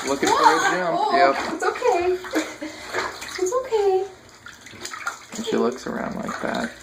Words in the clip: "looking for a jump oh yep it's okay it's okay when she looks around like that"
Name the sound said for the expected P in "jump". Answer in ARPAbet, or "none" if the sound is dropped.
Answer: none